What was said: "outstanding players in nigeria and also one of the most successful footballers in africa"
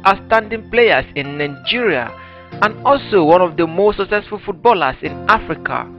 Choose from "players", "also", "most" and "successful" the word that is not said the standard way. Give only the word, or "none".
players